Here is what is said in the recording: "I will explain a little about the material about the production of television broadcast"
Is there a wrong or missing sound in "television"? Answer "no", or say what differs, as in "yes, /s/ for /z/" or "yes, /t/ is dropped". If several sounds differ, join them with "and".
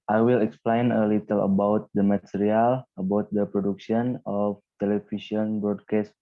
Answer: yes, /ʃ/ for /ʒ/